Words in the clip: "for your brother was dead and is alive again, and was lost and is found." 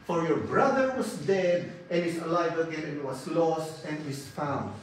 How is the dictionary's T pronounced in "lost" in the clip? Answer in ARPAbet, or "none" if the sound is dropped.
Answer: T